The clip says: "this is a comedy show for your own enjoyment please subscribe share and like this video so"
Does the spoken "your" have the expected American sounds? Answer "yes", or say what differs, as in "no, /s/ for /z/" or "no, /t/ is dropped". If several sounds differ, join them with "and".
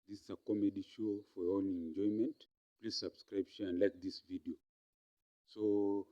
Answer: no, /l/ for /ɹ/